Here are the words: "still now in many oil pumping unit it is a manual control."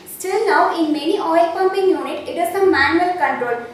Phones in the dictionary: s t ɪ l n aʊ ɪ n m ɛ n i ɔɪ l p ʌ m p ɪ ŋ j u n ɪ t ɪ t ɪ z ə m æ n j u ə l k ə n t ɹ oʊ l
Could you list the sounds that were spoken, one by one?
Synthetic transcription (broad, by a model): s t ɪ l n aʊ ɪ n m ɛ n i ɔɪ l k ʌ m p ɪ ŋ j u n ɪ t ɪ t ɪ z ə m æ n j u ə l k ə n t ɹ oʊ l